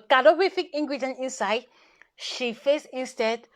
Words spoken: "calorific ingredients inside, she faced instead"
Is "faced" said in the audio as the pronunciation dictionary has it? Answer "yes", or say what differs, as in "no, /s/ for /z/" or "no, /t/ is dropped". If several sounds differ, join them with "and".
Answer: no, /t/ is dropped